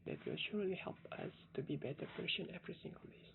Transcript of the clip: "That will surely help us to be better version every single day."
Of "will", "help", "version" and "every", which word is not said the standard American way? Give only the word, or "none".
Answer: version